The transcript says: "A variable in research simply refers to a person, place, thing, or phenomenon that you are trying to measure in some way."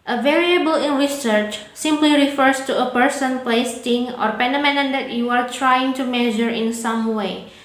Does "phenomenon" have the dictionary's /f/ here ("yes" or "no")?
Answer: no